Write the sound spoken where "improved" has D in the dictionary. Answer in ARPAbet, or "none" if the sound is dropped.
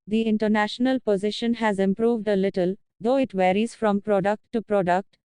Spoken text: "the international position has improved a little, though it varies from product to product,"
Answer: D